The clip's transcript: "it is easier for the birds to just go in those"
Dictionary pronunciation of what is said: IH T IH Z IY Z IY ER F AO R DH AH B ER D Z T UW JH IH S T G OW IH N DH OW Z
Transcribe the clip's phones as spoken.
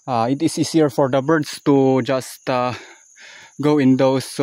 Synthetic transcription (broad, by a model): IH T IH S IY S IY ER F AO R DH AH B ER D S T UW JH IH S T G OW IH N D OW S